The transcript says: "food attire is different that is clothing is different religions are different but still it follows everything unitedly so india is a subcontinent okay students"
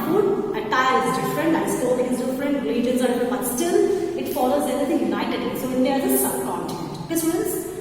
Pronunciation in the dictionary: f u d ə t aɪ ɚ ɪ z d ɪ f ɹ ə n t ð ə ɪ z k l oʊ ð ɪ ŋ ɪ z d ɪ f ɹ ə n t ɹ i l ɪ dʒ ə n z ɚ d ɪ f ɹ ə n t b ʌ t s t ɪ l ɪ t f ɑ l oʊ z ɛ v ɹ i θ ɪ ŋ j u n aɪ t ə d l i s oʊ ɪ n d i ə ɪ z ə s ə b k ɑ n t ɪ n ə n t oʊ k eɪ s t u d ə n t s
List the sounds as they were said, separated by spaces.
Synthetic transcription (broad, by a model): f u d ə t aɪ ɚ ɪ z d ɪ f ɹ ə n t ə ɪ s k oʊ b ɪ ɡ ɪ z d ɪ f ɹ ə n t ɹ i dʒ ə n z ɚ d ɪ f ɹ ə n b ʌ t s t ɪ l ɪ t f ɑ l oʊ z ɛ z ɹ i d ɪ j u n aɪ t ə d i s oʊ ɪ n d i ə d ə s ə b k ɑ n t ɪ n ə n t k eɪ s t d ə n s